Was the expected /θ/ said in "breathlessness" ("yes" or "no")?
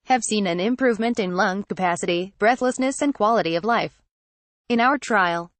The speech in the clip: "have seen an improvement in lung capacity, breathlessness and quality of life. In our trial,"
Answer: yes